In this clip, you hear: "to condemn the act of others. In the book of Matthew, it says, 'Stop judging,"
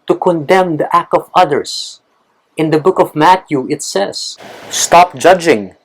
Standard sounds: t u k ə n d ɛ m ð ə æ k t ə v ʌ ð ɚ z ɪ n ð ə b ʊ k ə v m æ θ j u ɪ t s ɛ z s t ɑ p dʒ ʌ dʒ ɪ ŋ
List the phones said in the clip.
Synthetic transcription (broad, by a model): t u k ə n d ɛ m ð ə æ k t ə v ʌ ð ɚ s ɪ n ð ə b ʊ k ə v m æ t j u ɪ t s ɛ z s t ɑ p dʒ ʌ dʒ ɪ ŋ